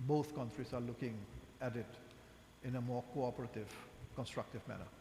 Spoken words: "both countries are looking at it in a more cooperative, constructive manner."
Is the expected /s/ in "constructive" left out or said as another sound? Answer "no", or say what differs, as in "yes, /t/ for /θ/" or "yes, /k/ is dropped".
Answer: no